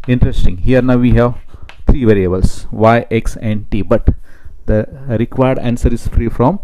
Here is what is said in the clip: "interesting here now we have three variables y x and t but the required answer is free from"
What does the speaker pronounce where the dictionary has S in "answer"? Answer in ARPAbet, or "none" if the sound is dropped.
S